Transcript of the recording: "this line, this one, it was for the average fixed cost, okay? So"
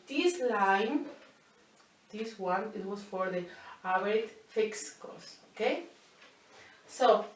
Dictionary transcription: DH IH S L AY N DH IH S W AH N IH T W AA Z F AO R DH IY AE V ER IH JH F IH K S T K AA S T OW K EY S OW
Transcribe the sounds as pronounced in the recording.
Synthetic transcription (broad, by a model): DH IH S L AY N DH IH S W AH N IH T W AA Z F AO R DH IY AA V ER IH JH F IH K S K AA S OW K EY S OW